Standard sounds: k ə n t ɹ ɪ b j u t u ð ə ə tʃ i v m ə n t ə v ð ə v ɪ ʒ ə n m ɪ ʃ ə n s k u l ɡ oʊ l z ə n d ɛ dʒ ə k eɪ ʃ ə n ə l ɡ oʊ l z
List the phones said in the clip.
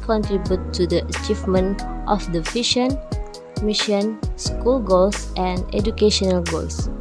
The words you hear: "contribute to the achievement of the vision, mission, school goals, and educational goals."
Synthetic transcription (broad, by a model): k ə n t ɹ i b j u t u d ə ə tʃ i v m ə n t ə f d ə f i ʃ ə n m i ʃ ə n s k u l ɡ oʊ l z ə n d ɛ dʒ ə k eɪ ʃ ə n ə l ɡ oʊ l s